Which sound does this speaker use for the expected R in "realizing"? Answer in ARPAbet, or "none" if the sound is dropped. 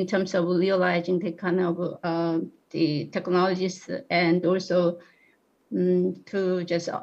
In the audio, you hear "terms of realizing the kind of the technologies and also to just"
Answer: L